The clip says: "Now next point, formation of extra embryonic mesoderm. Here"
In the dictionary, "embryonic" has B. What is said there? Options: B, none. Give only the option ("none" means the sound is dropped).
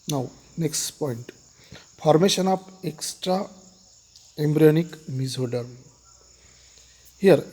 B